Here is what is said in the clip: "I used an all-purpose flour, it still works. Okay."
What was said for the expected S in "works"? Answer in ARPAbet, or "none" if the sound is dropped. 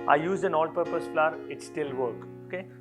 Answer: none